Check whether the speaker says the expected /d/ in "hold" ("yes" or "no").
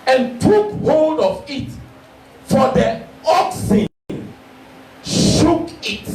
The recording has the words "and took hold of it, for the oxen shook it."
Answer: yes